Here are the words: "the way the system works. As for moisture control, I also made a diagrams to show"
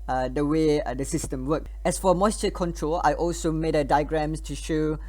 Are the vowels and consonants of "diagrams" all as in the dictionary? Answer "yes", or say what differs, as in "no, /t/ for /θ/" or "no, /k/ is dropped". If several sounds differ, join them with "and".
no, /s/ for /z/